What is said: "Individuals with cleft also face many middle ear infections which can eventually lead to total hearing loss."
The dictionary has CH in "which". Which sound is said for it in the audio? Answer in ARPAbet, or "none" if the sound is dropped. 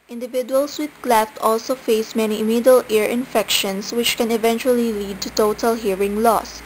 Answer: CH